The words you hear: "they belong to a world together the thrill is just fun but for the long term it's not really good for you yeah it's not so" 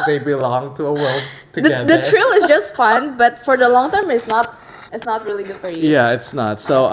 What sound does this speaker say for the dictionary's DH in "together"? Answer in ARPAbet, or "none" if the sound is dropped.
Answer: none